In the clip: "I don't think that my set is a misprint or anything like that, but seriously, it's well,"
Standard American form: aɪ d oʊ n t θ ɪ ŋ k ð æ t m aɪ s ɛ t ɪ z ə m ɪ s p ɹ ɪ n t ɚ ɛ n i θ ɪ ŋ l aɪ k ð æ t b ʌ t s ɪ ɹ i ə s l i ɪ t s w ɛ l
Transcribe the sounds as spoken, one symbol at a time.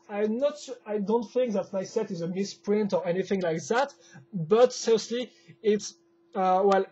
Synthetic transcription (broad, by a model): aɪ d oʊ n t θ ɪ ŋ k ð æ t m aɪ s ɛ t ɪ z ə m ɪ s p ɹ ɪ n t ɚ ɛ n i θ ɪ ŋ l aɪ k ð æ t b ʌ t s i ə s l i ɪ t s w ɛ l